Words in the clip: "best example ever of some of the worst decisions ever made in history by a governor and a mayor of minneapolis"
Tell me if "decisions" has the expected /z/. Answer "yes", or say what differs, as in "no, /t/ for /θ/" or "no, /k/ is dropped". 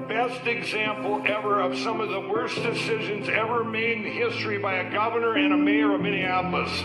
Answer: yes